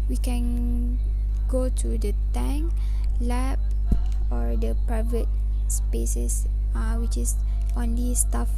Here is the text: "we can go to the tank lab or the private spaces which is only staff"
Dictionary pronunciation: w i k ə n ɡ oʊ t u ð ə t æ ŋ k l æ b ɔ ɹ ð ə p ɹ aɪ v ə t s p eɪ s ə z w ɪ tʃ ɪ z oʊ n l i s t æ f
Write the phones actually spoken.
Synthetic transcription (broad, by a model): w i k ə n ɡ oʊ t u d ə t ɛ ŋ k l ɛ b ɔ ɹ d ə p ɹ aɪ v ə t s p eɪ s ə s w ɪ tʃ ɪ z oʊ n l i s t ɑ f